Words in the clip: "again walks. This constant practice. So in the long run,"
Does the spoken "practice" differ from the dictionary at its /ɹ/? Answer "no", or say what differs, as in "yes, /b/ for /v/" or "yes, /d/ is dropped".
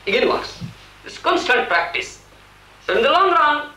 no